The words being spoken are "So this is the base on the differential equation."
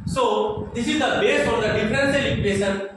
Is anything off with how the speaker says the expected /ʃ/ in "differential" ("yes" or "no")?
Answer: yes